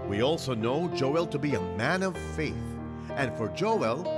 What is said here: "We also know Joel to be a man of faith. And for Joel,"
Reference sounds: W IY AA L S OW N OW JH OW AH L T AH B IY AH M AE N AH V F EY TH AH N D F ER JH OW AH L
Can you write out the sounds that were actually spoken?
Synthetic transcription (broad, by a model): W IY AA L S OW N OW JH OW AH L T AH B IY AH M AE N AH V F EY TH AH N F ER JH OW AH L